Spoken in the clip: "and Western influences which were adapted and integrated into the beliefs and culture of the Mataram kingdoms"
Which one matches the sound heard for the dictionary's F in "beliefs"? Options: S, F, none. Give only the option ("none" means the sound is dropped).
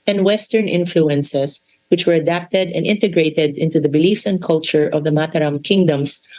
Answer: F